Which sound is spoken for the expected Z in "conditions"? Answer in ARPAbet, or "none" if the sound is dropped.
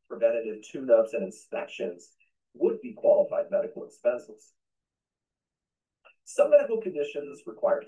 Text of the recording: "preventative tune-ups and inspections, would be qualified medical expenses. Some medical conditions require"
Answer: Z